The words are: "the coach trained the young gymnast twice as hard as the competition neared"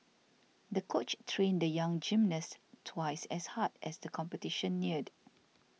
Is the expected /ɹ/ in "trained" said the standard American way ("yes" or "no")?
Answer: yes